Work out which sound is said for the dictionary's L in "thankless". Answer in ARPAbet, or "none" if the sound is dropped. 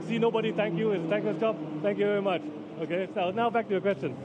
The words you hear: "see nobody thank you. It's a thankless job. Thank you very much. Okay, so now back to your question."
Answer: none